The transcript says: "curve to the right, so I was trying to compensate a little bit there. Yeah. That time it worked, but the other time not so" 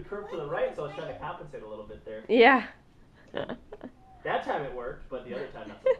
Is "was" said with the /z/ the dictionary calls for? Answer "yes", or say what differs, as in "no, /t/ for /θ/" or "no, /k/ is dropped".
no, /s/ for /z/